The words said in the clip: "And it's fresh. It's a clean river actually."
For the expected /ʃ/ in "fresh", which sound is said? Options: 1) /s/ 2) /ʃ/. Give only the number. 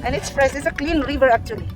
1